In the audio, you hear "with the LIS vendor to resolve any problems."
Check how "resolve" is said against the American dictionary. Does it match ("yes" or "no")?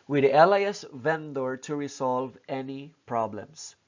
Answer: no